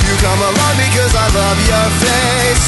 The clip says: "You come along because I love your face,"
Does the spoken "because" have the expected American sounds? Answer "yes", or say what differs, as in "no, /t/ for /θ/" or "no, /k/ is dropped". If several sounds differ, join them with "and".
yes